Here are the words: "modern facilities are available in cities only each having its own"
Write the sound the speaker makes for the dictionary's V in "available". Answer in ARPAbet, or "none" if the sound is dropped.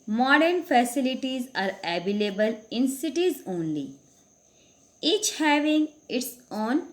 B